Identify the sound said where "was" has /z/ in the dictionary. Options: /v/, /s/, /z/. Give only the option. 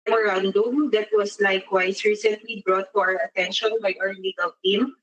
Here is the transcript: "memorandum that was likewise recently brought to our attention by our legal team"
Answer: /s/